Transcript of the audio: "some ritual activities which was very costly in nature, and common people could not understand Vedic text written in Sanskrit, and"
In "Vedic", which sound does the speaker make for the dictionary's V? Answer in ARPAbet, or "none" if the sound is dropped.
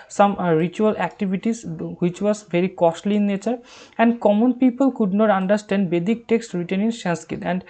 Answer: B